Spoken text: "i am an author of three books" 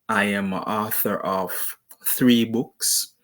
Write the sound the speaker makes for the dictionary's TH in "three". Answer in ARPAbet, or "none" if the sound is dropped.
TH